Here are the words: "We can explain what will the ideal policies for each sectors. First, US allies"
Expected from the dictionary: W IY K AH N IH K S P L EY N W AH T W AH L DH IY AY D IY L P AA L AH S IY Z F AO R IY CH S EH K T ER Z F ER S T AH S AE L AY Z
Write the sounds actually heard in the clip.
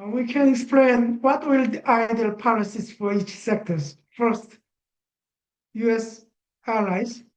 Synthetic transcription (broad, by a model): W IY K AH N IH K S P L EY N W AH T W AH L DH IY AY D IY L P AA L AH S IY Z F AO R IY CH S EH K T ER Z F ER S T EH S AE L AY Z